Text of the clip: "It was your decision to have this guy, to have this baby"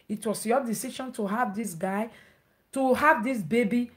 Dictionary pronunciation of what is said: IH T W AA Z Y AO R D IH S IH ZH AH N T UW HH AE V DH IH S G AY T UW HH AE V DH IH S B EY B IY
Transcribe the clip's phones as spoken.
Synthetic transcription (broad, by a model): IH T W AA S Y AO D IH S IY SH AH N T UW HH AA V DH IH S G AY T UW HH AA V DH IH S B EY B IY